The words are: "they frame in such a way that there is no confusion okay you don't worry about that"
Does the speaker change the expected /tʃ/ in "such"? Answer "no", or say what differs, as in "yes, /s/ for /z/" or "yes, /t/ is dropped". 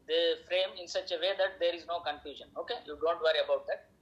no